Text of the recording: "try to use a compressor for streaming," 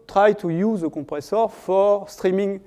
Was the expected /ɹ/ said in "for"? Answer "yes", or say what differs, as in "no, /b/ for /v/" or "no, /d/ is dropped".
yes